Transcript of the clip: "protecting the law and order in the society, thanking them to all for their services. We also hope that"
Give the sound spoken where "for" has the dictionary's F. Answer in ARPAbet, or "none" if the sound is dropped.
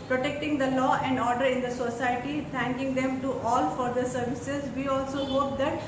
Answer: F